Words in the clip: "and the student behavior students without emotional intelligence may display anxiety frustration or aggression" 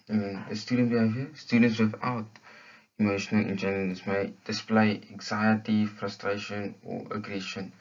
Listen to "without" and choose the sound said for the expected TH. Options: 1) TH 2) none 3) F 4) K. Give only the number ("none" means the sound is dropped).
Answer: 3